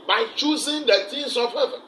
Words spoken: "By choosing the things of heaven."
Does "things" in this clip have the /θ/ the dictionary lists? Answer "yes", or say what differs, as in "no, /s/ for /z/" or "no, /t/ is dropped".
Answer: no, /t/ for /θ/